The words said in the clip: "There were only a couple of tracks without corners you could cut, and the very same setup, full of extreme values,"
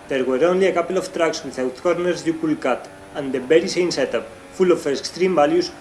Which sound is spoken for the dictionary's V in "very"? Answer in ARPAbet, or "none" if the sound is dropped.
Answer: B